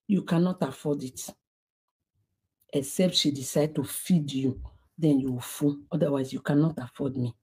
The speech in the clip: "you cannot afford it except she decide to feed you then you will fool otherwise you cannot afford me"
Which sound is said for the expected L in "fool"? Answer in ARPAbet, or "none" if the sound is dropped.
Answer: N